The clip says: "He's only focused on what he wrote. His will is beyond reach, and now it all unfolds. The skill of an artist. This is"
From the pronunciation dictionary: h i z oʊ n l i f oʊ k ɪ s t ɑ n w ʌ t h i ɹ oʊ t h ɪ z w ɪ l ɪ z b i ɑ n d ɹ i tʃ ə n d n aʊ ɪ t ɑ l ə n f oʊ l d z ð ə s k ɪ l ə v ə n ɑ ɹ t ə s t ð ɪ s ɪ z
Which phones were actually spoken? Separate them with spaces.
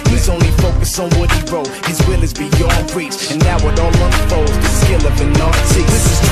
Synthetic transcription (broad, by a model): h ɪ z oʊ n l i f oʊ k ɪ s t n w ʌ t h i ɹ oʊ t h ɪ z w ɪ l ɪ z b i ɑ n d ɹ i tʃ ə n n aʊ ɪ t ɑ l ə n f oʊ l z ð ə s k ɪ l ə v ə n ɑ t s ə ð ɪ s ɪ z